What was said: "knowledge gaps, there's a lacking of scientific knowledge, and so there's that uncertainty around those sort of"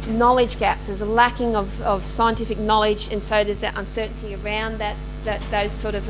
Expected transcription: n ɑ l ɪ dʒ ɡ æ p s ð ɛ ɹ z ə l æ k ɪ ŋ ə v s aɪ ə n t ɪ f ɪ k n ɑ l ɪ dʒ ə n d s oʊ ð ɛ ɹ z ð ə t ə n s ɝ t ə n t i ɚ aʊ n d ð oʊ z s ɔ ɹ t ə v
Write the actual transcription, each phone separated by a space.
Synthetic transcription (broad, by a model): n ɑ l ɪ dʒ ɡ æ p s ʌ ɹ z ə l æ k ɪ ŋ ə v s aɪ ə n t ɪ f ɪ k n ɑ l ɪ dʒ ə n s oʊ ð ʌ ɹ z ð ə t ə n s ɝ t n t i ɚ aʊ n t ð oʊ z s ɔ ɹ t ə v